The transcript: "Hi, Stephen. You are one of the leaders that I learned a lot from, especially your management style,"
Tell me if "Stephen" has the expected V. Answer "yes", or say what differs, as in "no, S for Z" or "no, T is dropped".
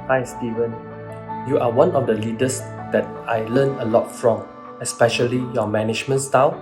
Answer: yes